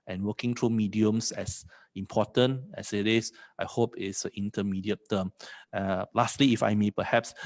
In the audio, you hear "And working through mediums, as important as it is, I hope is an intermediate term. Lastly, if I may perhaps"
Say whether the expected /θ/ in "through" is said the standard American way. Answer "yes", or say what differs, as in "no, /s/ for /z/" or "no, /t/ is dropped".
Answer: no, /t/ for /θ/